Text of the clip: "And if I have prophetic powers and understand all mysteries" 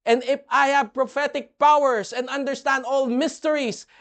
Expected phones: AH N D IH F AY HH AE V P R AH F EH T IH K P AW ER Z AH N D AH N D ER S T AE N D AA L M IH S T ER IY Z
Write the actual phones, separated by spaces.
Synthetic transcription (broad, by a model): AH N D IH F AY HH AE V P R AH F EH T IH K P AW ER S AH N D AH N D ER S T AE N D AA L M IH S T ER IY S